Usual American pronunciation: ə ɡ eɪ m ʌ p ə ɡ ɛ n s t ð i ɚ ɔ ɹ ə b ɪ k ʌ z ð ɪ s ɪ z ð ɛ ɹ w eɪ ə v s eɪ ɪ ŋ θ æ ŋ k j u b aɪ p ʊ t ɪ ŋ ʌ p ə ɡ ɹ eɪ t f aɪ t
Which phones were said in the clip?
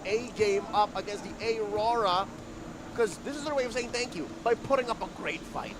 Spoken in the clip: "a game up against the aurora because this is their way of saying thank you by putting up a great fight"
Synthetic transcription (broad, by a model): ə ɡ eɪ m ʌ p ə ɡ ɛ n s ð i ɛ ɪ ɹ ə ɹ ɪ k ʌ z ð ɪ s ɪ z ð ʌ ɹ w eɪ ə v s eɪ ɪ ŋ θ æ ŋ k j u b aɪ p ʊ t ɪ ŋ ʌ p ə ɡ ɹ eɪ t f aɪ t